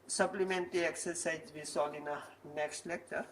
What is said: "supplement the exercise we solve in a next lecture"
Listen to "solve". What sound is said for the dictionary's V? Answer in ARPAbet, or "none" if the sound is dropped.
none